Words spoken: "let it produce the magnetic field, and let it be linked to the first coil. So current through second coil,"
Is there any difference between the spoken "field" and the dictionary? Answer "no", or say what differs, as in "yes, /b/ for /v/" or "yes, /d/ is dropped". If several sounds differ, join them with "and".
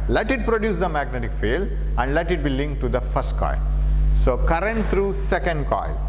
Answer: yes, /d/ is dropped